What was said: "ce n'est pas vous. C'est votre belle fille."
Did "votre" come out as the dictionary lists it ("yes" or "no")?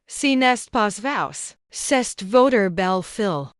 yes